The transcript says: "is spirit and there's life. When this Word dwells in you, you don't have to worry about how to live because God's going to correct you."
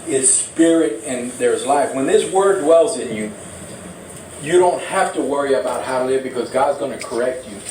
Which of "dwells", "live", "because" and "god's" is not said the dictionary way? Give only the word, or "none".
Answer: none